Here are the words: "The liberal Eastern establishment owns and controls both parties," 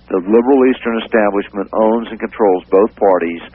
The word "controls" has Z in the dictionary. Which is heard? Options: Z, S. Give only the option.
Z